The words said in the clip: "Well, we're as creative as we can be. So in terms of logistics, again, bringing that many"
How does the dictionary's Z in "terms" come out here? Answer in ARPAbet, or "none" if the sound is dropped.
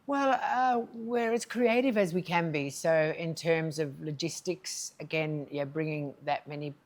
Z